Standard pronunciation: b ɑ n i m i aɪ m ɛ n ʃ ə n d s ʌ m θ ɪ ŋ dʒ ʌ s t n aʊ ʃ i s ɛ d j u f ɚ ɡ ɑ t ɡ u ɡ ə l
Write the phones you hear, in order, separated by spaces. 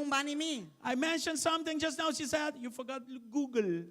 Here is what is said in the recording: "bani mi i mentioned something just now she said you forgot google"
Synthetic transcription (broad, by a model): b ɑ n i m i aɪ m ɛ n ʃ ə n d s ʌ m t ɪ ŋ dʒ ʌ s t n aʊ ʃ i s ɛ d j u f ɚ ɡ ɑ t ɡ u ɡ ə l